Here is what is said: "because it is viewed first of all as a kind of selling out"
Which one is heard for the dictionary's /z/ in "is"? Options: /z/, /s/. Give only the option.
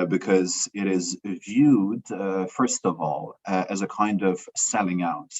/z/